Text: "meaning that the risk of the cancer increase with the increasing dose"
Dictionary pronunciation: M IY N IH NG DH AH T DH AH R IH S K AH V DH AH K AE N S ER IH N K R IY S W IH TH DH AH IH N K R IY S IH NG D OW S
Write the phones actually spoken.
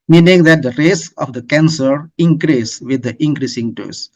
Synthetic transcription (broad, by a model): M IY N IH NG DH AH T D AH R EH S AH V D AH K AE N S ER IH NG K R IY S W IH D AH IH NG K R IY S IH NG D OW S